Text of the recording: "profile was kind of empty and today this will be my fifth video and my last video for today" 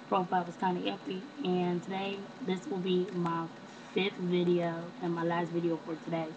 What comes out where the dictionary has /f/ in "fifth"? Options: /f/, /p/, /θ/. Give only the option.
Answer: /f/